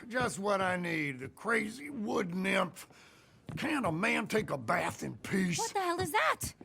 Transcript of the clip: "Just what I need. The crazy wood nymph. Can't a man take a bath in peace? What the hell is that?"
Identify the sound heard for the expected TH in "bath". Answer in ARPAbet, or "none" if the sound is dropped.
TH